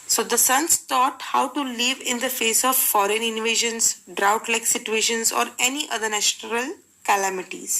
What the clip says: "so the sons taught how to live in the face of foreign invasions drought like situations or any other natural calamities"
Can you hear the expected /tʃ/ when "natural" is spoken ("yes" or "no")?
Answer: no